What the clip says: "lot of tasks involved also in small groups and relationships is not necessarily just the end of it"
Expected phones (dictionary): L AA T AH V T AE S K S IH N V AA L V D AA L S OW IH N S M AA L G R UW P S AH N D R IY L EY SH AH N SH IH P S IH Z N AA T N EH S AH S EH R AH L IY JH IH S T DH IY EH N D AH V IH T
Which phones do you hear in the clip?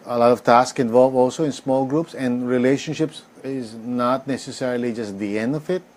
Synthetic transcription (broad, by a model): L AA T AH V T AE S K IH N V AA L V AA L S OW IH N S M AA L G R UW P S AH N D R IY L EY SH AH N SH IH P S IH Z N AA T N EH S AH S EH R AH L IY JH IH S T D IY EH N D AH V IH T